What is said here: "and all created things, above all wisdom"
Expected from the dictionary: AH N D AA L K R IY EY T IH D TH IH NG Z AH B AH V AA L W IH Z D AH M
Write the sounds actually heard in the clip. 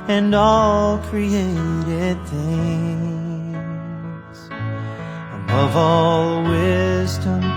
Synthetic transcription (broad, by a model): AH N AA L K R IY EY T IH D TH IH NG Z AH B AH V AA L W IH Z D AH M